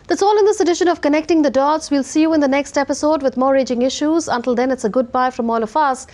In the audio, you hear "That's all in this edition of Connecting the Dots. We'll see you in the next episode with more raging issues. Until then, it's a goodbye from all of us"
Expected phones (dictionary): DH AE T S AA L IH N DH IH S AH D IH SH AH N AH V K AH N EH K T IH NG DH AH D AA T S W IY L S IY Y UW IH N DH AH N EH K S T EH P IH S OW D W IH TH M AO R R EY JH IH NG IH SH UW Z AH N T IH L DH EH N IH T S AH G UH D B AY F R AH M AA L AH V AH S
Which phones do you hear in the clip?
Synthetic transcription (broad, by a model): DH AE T S AA L IH N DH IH S AH D IH SH AH N AH V K AH N EH K T IH NG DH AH D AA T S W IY L S IY Y UW IH N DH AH N EH K S T EH P IH S OW D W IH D M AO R R EY JH IH NG IH SH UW Z AH N T IH L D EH N IH T S AH G UH D B AY F R AH M AA L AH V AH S